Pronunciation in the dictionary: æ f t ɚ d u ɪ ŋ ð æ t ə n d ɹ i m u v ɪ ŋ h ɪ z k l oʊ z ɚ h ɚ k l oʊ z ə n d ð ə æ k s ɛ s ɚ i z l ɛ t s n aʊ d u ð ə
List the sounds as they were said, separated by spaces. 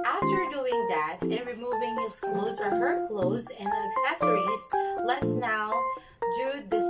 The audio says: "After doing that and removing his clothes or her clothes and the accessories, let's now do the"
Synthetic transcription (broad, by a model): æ f t ɚ d u ɪ ŋ ð æ t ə n ɹ i m u v ɪ ŋ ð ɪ s k l oʊ z ɚ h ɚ k l oʊ z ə n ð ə k s ɛ s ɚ i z l ɛ t s n aʊ d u ð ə